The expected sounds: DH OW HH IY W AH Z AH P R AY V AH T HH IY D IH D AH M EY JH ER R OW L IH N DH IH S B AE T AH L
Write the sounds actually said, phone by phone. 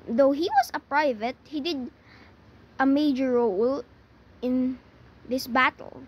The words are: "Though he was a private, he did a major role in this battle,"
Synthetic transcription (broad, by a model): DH OW HH IY W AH S AH P R AY V AH T HH IY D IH D AH M EY JH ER R OW L IH N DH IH S B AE T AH L